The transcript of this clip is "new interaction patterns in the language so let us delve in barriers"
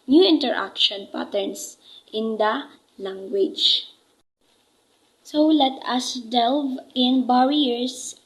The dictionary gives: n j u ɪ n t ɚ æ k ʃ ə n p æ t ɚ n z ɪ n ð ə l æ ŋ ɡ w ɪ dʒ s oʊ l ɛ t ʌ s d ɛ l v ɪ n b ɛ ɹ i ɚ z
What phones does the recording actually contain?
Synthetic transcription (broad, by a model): n j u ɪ n t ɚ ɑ k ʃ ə n p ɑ t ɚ n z ɪ n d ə l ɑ ŋ ɡ w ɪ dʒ s oʊ l ɛ t ʌ s d ɛ l v ɪ n b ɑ ɹ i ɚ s